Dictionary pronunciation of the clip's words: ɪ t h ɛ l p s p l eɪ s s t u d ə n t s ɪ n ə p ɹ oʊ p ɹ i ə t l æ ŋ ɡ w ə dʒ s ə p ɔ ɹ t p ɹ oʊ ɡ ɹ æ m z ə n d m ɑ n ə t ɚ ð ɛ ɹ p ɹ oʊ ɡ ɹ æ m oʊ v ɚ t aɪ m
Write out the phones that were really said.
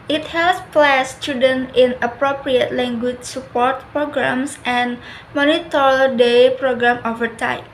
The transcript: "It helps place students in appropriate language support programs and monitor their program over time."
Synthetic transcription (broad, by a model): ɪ t h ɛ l s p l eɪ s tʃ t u d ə n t ɪ n ə p ɹ oʊ p ɹ i ə t l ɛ ŋ ɡ w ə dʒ s ə p ɔ ɹ t p ɹ oʊ ɡ ɹ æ m s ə n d m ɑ n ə t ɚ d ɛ p ɹ oʊ ɡ ɹ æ m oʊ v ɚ t aɪ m